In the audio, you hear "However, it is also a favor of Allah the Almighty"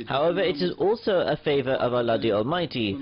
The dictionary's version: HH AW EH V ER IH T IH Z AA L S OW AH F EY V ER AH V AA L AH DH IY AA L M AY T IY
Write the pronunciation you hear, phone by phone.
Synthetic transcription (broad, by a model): HH AW EH V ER IH T IH Z AA L S OW AH F EY V ER AH V AA L AH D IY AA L M AY T IY